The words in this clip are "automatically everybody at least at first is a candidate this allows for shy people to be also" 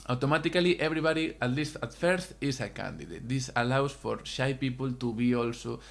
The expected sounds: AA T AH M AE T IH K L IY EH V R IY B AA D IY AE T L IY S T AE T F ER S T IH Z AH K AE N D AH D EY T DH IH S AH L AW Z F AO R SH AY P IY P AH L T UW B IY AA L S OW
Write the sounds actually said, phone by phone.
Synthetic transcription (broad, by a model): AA T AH M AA T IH K L IY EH B R IY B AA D IY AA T L IY S T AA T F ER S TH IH S AH K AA N D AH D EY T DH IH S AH L AW S F AO R SH AY P IY P AH L T UW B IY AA L S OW